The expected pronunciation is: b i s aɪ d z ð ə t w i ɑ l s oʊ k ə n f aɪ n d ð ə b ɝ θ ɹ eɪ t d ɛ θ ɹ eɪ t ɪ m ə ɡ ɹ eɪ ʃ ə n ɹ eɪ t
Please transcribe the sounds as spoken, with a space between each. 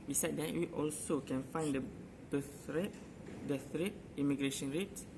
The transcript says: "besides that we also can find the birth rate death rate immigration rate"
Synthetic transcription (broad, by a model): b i s aɪ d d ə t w i ɑ l s oʊ k ə n f aɪ n d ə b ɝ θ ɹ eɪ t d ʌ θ ɹ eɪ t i m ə ɡ ɹ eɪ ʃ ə n ɹ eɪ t